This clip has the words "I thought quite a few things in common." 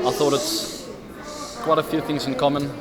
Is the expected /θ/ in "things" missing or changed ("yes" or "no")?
no